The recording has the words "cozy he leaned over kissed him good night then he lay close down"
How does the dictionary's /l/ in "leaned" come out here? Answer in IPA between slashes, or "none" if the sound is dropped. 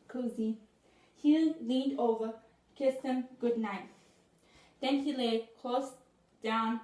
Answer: /l/